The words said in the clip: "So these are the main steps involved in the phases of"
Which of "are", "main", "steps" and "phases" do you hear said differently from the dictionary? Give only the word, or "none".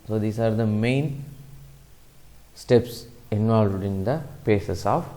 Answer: phases